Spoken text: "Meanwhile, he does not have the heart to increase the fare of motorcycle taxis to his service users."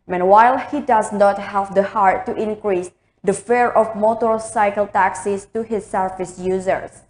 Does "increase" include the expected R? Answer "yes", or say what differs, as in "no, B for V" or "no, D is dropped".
yes